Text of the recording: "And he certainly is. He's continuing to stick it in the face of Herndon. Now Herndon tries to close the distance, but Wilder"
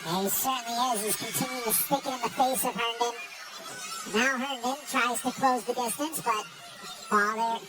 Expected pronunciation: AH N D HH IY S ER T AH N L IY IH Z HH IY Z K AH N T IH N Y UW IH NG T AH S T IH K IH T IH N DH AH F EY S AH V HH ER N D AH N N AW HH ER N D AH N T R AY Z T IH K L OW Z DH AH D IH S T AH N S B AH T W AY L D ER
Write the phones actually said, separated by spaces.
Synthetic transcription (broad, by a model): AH S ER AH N IY IH Z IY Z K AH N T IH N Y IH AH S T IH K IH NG IH N DH AH F EY S AH V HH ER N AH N N AW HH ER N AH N T R AY Z T IH K L OW Z DH AH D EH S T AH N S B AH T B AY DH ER